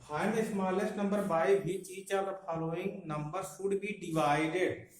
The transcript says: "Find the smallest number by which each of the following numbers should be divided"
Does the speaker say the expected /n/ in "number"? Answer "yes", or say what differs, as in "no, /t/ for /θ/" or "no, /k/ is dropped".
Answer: yes